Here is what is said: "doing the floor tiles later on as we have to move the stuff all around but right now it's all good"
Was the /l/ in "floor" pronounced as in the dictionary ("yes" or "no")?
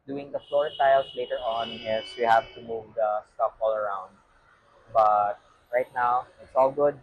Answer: yes